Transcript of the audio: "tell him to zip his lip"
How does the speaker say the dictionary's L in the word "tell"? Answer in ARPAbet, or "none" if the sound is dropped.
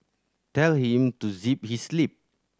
L